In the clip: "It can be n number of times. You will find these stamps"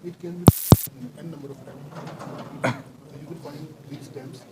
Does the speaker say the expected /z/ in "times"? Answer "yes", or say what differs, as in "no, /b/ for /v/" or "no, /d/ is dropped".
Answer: no, /z/ is dropped